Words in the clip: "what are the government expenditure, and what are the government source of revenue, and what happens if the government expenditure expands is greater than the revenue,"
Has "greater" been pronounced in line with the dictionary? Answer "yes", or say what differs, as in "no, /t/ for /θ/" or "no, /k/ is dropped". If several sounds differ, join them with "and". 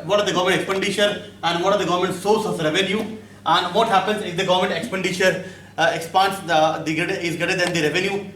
no, /ɹ/ is dropped